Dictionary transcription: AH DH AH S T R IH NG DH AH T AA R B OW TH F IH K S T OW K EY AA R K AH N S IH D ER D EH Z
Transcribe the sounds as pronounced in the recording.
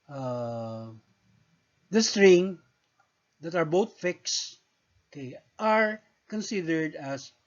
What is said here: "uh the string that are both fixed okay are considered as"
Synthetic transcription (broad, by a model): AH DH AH S T R IH NG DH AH T AA R B OW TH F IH K S OW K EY AA R K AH N S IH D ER D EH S